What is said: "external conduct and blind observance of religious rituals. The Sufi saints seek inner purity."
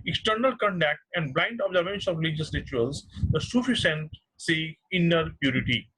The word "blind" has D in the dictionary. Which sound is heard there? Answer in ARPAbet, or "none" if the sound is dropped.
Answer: D